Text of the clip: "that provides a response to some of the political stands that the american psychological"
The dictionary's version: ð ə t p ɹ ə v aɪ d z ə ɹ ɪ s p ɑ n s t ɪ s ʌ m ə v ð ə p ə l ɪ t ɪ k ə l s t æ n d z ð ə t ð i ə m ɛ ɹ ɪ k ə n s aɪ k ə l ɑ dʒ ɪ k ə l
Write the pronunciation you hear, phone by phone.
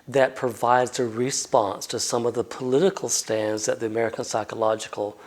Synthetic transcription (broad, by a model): ð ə t p ɹ ə v aɪ d z ə ɹ ɪ s p ɑ n s t ɪ s ʌ m ə v ð ə p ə l ɪ t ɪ k l s t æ n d z ð ə t ð i ə m ɛ ɹ ɪ k ə n s aɪ k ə l ɑ dʒ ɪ k l